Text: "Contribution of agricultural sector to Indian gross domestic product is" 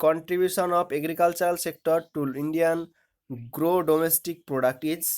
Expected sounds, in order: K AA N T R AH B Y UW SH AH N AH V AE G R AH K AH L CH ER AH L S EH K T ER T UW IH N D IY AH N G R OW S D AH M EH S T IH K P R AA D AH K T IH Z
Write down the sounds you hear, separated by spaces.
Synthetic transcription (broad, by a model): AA N T R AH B Y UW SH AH N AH P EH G R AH K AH L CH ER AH L S EH K T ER T UW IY N D IY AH N G R OW D AH M EH S T IH K P R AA D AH K T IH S